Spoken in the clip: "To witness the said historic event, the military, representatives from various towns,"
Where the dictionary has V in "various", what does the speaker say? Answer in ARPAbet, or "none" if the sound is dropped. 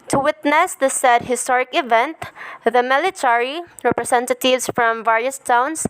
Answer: V